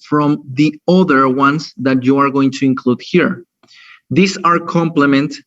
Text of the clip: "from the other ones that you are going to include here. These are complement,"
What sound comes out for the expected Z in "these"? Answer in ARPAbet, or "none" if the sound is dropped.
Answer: S